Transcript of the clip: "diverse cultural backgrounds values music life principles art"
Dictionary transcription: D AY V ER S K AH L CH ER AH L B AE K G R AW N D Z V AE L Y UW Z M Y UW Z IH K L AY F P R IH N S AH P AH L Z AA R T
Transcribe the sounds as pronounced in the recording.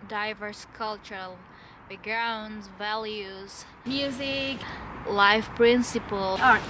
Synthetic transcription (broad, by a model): D AY V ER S K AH L CH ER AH L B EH G R AW N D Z V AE L Y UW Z M Y UW Z IH K L AY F P R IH N S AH P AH L AA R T